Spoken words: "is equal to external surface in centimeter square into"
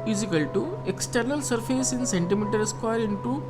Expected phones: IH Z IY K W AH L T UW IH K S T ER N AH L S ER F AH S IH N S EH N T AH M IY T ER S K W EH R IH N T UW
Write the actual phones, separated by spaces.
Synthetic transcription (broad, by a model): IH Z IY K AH L T UW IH K S T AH N AH L S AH P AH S IH N S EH N T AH M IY T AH S K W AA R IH N T UW